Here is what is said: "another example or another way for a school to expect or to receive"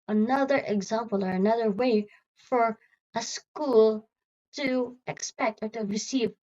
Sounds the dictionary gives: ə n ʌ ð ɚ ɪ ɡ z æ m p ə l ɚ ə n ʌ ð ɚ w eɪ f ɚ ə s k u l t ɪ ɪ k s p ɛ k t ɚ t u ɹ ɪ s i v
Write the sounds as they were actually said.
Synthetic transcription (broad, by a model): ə n ʌ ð ɚ ɪ ɡ z æ m p ə l ɚ ə n ʌ ð ɚ w eɪ f ɚ ə s k u l t ɪ ɪ k s p ɛ k t ɚ t u ɹ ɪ s i v